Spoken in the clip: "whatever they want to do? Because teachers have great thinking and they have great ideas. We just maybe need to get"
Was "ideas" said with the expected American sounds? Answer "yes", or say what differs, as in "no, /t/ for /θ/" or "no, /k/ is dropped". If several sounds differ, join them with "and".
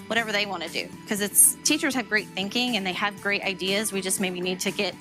yes